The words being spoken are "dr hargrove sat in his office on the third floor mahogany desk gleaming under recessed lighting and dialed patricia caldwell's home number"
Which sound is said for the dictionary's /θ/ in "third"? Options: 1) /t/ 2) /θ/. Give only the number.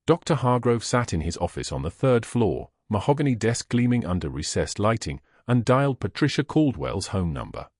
2